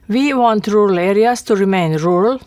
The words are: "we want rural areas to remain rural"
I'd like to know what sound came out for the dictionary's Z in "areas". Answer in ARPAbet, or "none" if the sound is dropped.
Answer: S